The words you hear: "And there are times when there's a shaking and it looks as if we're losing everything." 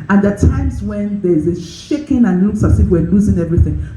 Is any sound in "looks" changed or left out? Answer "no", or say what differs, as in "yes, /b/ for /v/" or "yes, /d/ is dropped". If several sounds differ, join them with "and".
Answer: yes, /k/ is dropped